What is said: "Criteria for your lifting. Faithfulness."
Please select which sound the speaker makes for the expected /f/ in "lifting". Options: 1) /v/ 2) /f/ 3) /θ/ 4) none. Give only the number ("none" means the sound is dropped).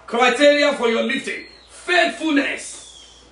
4